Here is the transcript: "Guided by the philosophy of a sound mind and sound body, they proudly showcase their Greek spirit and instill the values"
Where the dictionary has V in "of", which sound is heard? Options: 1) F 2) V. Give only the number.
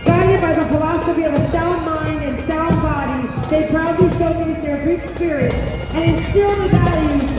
2